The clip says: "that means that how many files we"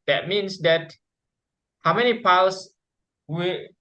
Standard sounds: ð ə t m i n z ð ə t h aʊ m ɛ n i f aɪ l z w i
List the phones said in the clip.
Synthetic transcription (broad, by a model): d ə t m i n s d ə t h aʊ m ɛ n i p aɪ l s w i